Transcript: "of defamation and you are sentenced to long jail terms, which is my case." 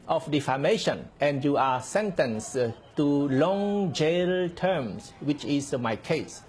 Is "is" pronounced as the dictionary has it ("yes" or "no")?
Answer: no